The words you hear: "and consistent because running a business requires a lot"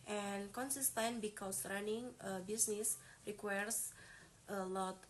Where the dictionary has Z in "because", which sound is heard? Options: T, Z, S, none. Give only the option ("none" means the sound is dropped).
S